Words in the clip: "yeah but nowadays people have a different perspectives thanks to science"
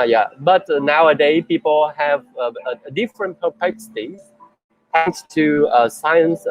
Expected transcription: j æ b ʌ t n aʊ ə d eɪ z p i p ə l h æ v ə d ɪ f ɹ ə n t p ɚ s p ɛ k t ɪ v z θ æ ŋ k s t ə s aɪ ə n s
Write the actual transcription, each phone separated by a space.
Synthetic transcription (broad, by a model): j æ b ʌ t n aʊ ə d eɪ p i p ə l h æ v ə d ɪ f ɹ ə n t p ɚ p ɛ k s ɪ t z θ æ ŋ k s t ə s aɪ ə n s